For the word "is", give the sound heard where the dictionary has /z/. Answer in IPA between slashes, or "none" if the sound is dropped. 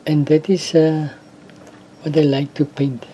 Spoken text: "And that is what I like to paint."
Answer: /s/